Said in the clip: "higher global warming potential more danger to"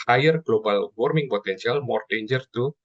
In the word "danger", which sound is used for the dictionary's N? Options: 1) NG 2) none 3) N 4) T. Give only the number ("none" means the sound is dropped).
3